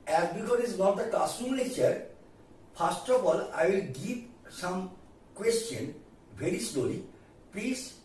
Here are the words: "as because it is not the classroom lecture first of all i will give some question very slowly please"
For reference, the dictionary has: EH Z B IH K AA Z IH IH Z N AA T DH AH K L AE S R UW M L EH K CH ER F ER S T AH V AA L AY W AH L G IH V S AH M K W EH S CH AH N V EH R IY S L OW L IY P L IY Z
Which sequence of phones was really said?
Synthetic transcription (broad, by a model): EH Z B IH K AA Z IH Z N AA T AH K AA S UW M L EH CH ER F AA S T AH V AA L AY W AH L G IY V S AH M K W EH S CH AH N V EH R IY S L OW L IY P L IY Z